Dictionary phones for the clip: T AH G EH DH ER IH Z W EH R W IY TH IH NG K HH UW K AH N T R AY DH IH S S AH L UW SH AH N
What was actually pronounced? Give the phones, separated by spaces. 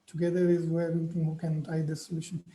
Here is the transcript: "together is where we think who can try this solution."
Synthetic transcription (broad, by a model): T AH G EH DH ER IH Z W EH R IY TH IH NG HH UW K AH N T AY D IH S S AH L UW SH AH N